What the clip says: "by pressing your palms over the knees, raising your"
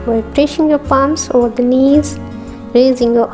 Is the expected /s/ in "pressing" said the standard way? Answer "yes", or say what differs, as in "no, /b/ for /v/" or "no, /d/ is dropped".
no, /ʃ/ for /s/